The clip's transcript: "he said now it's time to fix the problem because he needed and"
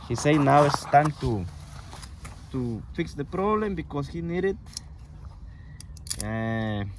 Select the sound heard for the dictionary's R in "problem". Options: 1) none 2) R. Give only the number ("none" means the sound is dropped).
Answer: 2